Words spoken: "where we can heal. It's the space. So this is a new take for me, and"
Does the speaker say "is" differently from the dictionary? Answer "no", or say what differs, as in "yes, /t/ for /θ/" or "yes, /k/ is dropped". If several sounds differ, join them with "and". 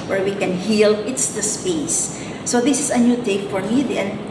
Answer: yes, /s/ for /z/